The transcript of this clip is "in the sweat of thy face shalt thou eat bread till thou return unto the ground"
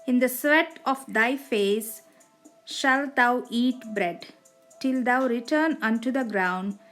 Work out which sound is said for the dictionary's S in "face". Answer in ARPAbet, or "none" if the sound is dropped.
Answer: S